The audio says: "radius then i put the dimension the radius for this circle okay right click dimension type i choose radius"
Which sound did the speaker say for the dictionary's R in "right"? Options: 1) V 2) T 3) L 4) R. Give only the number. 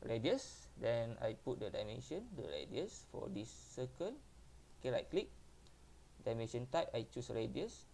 3